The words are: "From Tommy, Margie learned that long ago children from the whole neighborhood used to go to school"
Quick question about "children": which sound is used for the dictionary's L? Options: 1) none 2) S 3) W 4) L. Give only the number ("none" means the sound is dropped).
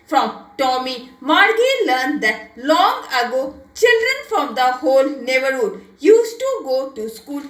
4